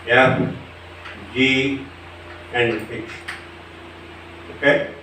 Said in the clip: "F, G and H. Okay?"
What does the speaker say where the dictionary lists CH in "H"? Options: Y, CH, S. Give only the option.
S